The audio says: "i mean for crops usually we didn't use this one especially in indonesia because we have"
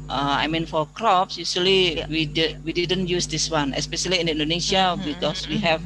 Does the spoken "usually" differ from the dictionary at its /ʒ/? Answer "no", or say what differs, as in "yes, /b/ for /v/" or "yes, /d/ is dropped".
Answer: yes, /s/ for /ʒ/